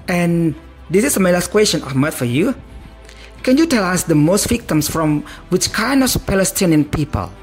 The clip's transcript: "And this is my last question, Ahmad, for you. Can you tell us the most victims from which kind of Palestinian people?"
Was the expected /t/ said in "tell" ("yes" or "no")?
yes